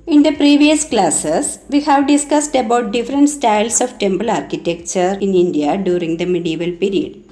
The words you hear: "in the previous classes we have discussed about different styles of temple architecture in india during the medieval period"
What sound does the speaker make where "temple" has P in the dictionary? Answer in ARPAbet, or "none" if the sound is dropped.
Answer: B